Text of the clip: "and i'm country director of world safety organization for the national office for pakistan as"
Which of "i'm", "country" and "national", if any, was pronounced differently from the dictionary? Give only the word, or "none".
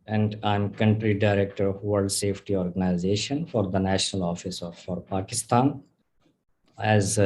none